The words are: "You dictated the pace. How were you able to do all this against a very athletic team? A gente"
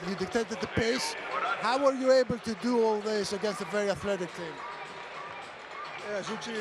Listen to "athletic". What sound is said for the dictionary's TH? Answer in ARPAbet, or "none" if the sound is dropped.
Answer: TH